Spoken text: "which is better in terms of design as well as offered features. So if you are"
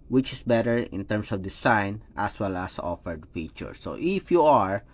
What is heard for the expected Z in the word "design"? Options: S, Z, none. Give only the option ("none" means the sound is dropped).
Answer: S